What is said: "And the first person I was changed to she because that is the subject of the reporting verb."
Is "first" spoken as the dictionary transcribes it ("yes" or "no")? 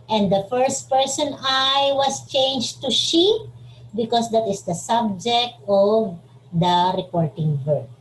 yes